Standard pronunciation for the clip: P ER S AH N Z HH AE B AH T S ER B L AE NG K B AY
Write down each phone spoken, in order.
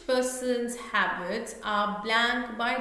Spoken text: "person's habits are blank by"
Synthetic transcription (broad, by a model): P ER S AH N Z HH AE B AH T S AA B L AE NG K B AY